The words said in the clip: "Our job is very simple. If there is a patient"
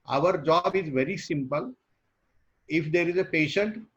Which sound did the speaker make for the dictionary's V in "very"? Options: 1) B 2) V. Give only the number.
2